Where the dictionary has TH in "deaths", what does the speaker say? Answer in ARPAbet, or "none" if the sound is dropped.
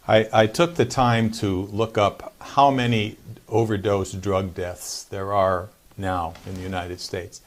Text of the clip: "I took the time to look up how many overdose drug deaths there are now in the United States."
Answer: TH